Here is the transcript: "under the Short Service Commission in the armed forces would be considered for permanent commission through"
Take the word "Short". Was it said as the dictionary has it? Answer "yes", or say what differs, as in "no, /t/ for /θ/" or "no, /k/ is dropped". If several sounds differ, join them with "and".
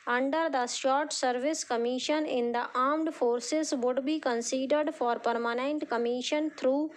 no, /s/ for /ʃ/